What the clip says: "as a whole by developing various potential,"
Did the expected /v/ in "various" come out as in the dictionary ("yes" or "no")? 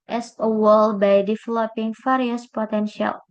no